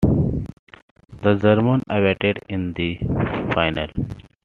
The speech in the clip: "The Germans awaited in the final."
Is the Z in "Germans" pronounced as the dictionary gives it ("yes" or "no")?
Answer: no